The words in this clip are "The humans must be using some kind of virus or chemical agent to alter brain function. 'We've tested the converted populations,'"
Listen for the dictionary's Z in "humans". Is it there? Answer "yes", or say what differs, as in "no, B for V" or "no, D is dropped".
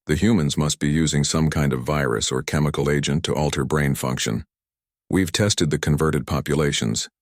yes